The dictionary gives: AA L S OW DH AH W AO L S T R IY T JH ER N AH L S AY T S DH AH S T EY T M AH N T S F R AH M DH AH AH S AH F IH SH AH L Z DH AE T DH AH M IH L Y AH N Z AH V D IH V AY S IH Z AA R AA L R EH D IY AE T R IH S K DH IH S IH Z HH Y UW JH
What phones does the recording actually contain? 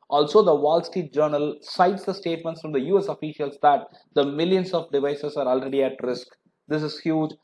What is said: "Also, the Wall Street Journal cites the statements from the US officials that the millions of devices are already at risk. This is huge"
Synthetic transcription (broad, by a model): AA L S OW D AH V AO L S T IY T JH ER N AH L S AY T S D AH S T EY T M AH N T S F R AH M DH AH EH S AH F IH SH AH L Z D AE T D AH M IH L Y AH N S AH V D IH V AY S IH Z AA R AA L R EH D IY AE T R IH S K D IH S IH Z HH Y UW JH